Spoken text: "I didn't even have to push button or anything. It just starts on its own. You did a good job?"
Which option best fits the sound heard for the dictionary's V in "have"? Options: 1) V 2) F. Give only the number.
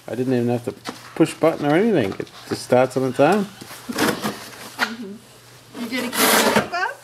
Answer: 2